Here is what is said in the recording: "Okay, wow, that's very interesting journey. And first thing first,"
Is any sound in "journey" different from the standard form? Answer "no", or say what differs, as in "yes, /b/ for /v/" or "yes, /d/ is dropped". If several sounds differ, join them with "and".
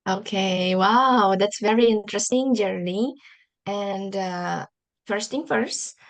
yes, /l/ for /n/